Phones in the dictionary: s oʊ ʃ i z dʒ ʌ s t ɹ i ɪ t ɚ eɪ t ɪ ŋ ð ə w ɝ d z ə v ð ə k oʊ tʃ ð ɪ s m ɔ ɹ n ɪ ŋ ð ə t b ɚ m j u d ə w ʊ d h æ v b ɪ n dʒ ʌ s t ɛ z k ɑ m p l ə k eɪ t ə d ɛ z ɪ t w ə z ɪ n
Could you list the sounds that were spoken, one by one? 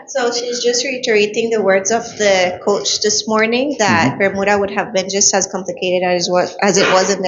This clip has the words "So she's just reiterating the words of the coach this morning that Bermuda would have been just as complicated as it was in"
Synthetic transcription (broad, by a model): s oʊ ʃ i z dʒ ʌ s t ɹ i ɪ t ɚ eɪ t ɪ ŋ ð ə w ɝ d z ə v ð ə k oʊ tʃ ð ɪ s m ɔ ɹ n ɪ ŋ ð ə t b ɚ m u d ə w ʊ d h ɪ v b ɪ n dʒ ʌ s t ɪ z k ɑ m p l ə k eɪ t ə d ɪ z ɪ t w ə z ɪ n